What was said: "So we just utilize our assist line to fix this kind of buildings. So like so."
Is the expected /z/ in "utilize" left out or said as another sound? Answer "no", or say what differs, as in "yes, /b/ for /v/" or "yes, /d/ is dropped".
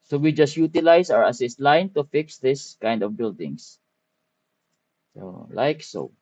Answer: yes, /s/ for /z/